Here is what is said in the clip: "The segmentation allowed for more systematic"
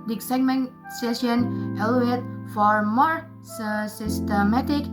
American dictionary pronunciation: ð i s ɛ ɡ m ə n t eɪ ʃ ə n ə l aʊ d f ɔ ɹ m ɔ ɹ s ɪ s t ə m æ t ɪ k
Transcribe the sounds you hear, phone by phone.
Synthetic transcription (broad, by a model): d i s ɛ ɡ m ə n s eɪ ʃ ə n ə l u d f ɔ ɹ m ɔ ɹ s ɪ s t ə m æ t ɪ k